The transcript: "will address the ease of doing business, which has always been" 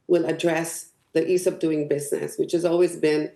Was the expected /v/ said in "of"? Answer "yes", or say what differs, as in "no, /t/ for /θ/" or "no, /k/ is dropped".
no, /p/ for /v/